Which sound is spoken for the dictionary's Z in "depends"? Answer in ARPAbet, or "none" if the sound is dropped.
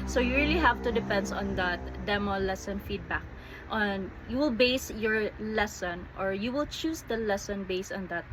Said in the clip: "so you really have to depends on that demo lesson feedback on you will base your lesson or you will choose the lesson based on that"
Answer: none